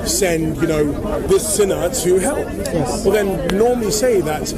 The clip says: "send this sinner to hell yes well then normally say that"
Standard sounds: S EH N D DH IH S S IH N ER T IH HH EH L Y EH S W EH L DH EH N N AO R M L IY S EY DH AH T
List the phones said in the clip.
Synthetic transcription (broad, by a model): S EH N D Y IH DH S IH N ER T IH HH EH L Y EH S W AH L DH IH N N AO R M L IY S EY DH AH T